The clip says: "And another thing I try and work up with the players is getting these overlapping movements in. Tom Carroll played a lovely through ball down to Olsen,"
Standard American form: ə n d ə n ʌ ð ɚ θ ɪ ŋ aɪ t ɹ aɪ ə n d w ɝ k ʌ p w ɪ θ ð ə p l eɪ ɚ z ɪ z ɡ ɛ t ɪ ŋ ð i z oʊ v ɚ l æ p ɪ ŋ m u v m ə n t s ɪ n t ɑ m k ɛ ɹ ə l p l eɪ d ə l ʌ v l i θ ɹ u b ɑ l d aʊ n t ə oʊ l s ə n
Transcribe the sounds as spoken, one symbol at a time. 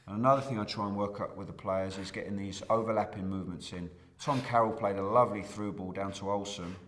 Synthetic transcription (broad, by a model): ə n ə n ʌ ð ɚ θ ɪ ŋ aɪ t ɹ aɪ ə n w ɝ k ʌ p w ɪ ð ə p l eɪ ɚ z ɪ z ɡ ɛ t ɪ ŋ ð i z oʊ v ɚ l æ p ɪ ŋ m u v m ə n t s ɪ n t ɑ m k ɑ ɹ ə l p l eɪ d ə l ʌ v l i θ ɹ u b ɑ l d aʊ n t ə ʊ l s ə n